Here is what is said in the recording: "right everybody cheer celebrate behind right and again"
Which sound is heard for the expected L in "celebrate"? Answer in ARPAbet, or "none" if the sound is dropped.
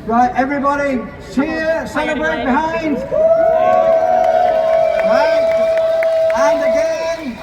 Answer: N